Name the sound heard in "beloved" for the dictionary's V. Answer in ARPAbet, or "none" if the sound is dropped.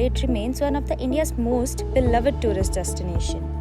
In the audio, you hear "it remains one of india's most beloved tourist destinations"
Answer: V